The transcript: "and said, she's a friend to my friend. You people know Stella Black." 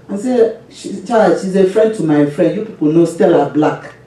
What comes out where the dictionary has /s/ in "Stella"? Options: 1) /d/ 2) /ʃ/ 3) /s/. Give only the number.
3